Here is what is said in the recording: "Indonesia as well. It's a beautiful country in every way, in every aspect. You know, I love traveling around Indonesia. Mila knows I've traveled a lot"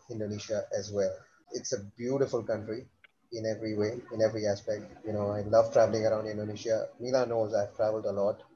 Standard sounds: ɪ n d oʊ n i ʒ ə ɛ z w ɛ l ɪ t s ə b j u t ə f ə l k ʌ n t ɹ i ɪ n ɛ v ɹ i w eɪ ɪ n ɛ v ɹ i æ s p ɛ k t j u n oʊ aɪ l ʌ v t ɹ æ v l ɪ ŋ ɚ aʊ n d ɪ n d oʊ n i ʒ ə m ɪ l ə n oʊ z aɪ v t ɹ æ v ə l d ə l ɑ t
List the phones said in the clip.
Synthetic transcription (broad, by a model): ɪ n d oʊ n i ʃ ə ɛ z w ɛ l ɪ t s ə b j u t ə f ə l k ʌ n t ɹ i ɪ n ɛ v ɹ i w eɪ ɪ n ɛ v ɹ i æ s p ɛ k t j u n oʊ aɪ l ʌ v t ɹ æ v l ɪ ŋ ɚ aʊ n d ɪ n d oʊ n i ʃ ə m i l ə n oʊ z aɪ v t ɹ æ v ə l d ə l ɑ t